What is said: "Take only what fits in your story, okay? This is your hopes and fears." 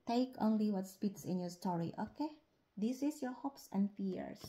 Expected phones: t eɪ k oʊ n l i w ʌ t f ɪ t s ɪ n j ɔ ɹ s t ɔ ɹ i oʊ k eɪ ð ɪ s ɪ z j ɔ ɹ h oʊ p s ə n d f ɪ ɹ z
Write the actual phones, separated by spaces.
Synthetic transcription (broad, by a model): t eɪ k oʊ n l i w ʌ t p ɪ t s ɪ n j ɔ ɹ s t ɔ ɹ i oʊ k eɪ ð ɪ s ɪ s j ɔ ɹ h oʊ p s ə n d f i ɹ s